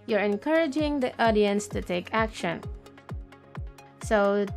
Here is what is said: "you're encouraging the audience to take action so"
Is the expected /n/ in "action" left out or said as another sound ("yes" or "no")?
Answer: no